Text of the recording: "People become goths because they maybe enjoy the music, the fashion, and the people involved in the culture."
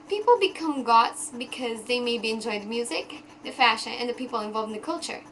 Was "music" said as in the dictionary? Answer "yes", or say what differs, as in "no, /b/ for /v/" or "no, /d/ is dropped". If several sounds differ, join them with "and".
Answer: yes